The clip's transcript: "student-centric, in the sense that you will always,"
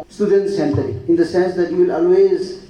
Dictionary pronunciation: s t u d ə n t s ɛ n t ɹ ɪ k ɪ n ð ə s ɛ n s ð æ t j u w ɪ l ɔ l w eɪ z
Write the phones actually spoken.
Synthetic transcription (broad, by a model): s t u d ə n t s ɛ n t ɹ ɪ ɪ n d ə s ɛ n s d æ t j u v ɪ l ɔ l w eɪ z